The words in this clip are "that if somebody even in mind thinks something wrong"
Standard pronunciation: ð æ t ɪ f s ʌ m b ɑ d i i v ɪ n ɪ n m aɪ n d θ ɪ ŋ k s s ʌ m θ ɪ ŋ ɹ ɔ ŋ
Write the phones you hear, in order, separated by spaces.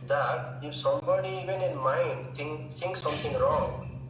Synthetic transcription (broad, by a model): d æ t ɪ f s ʌ m b ɑ d i i v ɪ n ɪ n m aɪ n d t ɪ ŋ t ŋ s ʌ m t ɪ ŋ ɹ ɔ ŋ